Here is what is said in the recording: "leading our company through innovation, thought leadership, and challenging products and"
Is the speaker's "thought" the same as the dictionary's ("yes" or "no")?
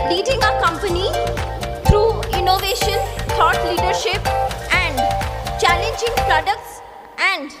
no